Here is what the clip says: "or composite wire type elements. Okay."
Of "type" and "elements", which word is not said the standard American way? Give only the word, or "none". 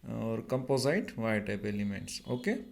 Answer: elements